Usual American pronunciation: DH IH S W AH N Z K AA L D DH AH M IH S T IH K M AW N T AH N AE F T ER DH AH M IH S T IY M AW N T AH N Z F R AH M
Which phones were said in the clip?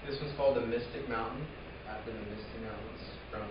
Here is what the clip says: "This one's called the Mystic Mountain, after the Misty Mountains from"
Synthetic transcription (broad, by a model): DH IH S W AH Z K AA L D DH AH M IH S T IH K M AW N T N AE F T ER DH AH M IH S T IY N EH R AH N S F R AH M